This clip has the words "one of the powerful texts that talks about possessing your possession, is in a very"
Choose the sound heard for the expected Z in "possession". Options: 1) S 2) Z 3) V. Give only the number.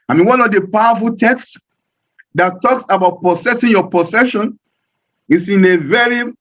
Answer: 1